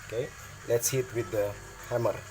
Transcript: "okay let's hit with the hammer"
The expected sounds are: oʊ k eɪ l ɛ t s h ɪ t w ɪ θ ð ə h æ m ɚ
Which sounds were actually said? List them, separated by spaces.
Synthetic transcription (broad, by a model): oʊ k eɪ l ɛ t s h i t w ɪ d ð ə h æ m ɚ